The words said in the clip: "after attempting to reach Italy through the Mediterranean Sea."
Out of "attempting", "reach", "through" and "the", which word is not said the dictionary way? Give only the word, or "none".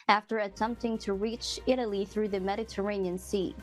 none